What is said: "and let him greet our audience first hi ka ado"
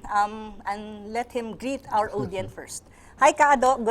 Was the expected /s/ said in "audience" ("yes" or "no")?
no